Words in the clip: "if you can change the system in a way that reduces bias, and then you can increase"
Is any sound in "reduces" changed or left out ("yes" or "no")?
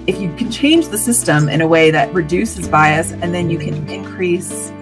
no